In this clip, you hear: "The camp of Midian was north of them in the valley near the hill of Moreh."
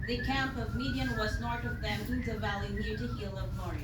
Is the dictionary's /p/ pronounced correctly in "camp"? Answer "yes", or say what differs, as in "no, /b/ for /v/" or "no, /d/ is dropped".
yes